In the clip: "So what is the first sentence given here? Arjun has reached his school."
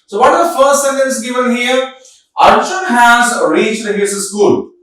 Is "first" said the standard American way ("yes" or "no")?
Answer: yes